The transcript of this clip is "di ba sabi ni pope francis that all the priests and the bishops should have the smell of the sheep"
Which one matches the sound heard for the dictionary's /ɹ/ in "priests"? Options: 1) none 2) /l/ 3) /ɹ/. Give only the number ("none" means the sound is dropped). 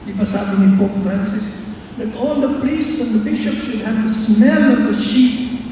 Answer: 2